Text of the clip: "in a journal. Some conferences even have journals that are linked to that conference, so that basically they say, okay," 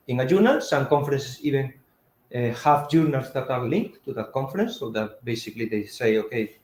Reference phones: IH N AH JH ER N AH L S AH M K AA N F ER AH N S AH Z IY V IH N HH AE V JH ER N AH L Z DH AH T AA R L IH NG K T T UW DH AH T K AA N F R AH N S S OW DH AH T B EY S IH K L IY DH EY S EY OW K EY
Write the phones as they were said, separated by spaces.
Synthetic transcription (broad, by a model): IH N AH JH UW N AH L S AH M K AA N F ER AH N S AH S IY B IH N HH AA F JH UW N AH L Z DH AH T AA R L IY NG K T T UW DH AH T K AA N F R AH N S S OW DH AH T B EY S IH K L IY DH EY S EY OW K EY